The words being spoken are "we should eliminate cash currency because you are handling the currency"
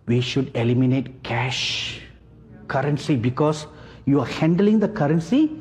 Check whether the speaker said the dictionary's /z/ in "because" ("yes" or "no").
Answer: no